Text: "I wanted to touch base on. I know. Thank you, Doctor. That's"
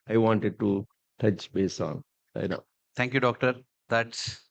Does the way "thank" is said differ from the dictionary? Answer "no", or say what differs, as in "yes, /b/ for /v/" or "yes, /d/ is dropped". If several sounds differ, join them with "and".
yes, /t/ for /θ/